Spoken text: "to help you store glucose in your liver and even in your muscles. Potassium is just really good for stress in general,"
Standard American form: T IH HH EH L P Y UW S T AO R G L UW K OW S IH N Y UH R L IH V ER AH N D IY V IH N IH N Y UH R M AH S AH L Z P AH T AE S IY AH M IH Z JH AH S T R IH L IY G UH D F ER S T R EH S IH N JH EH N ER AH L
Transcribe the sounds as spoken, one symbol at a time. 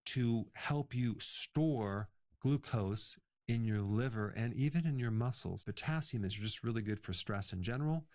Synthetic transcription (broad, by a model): T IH HH EH L P Y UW S T AO R G L UW K OW S IH N Y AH R L IH V ER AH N IY V IH N IH N Y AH R M AH S L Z B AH T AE S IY M IH Z JH AH S T R IH L IY G UH D F ER S T R EH S IH N JH EH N ER L